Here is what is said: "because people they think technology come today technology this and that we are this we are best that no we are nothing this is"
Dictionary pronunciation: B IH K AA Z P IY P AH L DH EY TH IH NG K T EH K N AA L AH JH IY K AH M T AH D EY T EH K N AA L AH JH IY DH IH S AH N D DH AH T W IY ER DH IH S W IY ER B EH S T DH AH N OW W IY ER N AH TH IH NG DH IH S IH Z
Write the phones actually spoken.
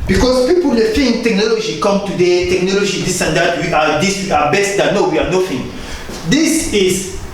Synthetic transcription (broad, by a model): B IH K AA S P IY P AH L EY F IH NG T EH K N AA L AH JH IY K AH M T AH D EY T EH K N AA L AH JH IY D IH S AH N D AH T W IY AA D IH S W IY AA B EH S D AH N OW W IY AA N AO F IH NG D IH S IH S